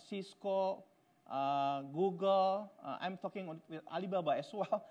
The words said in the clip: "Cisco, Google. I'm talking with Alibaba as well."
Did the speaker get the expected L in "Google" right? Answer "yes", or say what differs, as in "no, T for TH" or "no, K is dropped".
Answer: yes